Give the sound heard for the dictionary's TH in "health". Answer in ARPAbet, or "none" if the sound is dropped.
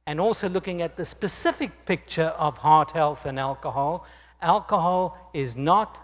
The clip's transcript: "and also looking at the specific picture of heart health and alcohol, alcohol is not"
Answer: TH